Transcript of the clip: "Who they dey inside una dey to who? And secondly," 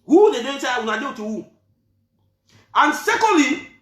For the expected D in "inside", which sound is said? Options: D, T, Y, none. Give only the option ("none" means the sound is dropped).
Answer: none